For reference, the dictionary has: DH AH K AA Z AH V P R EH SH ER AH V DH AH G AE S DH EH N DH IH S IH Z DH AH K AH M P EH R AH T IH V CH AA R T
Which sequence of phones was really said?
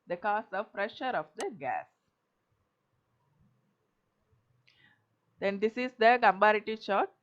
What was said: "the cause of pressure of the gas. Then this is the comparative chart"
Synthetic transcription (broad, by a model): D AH K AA S AH V P R EH SH ER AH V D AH G AE S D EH N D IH S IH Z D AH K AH M B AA R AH T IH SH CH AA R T